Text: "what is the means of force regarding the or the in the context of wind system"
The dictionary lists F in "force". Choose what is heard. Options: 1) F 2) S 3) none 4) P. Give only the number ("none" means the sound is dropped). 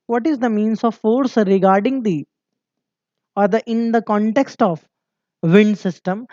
1